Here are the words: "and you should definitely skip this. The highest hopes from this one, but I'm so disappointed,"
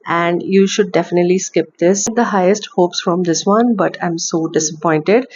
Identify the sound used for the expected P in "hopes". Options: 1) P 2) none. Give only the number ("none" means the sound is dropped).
1